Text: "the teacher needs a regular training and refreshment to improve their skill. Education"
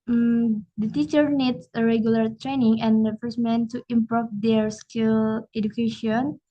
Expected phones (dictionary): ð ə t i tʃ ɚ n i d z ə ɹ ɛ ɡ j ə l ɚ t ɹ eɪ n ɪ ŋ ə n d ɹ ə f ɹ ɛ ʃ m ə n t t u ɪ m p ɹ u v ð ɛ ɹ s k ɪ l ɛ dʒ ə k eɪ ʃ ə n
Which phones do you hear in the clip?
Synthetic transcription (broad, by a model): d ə t i tʃ ɚ n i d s ə ɹ ɛ ɡ j ə l ɚ t ɹ eɪ n ɪ ŋ ə n d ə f ɛ s m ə n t t u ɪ m p ɹ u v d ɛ ɹ s k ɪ l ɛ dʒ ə k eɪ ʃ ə n